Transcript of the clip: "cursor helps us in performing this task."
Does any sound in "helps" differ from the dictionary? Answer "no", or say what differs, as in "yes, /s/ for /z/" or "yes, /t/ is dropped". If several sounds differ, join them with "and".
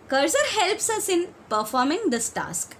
no